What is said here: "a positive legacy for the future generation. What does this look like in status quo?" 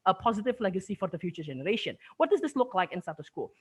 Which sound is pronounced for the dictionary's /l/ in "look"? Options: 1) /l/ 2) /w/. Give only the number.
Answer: 1